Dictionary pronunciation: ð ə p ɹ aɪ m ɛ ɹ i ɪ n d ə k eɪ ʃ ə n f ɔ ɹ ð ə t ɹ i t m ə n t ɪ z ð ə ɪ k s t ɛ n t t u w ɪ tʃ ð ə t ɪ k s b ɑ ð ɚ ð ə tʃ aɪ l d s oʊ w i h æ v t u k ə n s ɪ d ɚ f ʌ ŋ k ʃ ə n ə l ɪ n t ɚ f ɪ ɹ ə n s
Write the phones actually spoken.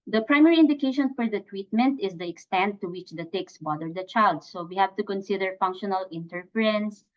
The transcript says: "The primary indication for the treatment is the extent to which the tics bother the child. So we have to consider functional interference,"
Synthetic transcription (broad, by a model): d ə p ɹ aɪ m ɛ ɹ i ɪ n d ə k eɪ ʃ ə n f ɔ ɹ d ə t w i t m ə n t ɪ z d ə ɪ k s t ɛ n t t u w ɪ tʃ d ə t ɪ k s b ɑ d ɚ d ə tʃ aɪ l d s oʊ w i h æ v t u k ə n s ɪ d ɚ f ʌ ŋ k ʃ ə n ə l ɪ n t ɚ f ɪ ɹ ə n s